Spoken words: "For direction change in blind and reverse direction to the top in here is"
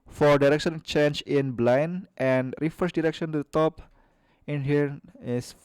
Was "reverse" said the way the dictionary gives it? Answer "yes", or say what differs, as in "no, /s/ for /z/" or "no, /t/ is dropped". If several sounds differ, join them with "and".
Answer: no, /f/ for /v/